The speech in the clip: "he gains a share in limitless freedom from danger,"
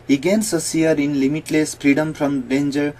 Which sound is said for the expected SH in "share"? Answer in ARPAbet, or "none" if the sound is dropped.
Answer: S